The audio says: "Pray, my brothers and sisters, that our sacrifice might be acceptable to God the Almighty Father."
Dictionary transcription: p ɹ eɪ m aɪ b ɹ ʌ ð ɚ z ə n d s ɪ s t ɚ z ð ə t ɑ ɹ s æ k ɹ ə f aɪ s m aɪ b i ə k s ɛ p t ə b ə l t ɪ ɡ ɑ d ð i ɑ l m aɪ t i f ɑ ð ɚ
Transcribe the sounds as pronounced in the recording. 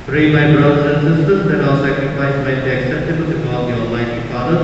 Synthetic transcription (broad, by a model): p ɹ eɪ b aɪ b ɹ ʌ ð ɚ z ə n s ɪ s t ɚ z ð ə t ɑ l s æ k ɹ ə f aɪ s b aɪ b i ə k s ɛ p t ə b ə l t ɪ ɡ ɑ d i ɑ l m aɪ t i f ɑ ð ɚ